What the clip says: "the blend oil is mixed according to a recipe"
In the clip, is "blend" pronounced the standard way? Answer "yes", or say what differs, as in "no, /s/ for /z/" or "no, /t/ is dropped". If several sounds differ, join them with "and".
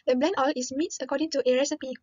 no, /d/ is dropped